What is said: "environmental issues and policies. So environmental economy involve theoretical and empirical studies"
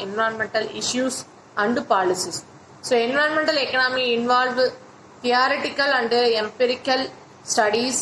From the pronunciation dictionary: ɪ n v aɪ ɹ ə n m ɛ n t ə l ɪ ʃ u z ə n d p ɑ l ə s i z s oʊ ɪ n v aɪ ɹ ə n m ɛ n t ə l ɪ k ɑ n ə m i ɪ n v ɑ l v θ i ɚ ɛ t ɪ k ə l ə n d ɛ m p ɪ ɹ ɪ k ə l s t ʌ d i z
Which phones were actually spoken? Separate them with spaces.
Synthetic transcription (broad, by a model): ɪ n v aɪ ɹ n m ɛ n t ə l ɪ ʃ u s ə n d p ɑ l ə s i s s oʊ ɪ n v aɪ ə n m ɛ n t ə l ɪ k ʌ n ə m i ɪ n v ɑ l v t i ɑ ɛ t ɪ k ə l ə n d ɛ m p ɪ ɹ ɪ k ə l s t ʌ d i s